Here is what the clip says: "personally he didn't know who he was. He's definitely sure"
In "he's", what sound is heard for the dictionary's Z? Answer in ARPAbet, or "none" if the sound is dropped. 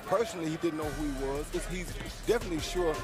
Z